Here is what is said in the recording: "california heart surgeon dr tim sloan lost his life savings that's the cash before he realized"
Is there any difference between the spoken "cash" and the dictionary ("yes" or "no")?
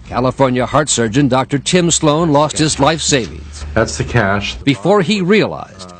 no